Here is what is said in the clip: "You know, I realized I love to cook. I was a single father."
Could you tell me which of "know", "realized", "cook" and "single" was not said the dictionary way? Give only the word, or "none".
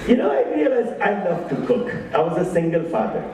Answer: realized